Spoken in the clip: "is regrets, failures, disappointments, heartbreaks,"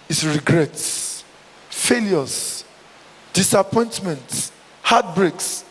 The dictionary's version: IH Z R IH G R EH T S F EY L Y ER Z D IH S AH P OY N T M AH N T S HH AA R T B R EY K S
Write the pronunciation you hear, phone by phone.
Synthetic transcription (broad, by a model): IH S R IH G R EH T S F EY L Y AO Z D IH S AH P OY N T M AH N T HH AA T B R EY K S